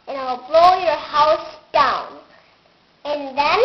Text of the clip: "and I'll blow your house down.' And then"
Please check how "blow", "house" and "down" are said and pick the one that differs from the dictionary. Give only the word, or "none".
none